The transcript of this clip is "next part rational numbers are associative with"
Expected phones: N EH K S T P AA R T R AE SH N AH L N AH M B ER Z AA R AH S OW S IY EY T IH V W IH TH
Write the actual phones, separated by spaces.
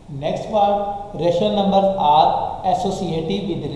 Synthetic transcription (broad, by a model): N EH K S T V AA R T R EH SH AH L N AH M B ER AA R AH S OW S IY EY T IH V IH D